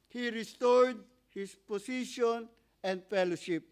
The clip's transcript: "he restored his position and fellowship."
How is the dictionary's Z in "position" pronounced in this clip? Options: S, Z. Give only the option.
S